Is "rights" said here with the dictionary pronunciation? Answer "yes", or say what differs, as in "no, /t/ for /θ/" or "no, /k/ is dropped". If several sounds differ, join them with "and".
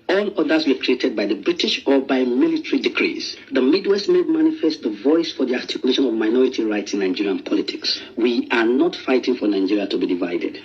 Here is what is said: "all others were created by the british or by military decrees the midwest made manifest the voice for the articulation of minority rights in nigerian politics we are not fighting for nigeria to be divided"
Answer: yes